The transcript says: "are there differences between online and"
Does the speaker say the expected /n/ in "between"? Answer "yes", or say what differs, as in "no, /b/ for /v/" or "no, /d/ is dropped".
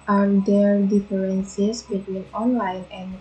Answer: yes